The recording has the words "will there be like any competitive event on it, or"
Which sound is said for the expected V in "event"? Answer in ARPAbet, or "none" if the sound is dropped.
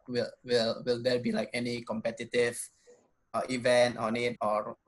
V